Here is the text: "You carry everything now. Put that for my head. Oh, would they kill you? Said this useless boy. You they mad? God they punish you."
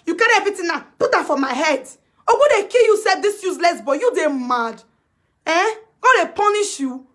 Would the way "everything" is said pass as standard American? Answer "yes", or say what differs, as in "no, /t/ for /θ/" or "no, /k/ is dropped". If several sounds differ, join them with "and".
no, /t/ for /θ/